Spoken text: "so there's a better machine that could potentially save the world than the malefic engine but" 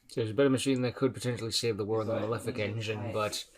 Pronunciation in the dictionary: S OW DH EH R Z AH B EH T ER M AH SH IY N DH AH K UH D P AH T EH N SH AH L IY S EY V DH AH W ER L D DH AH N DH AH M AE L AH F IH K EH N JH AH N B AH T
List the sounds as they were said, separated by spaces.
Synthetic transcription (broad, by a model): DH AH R Z AH B EH T ER M AH SH IY N DH AH K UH D P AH T EH N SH L IY S EY V DH AH W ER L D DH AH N DH AH L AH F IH K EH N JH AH N B AH T